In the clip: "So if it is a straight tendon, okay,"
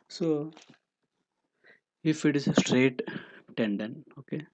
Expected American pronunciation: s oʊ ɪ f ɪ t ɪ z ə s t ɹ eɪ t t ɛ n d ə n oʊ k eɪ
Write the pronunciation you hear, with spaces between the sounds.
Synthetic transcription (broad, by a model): s oʊ ɪ f ɪ t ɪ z s t ɹ eɪ t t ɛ n d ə n oʊ k eɪ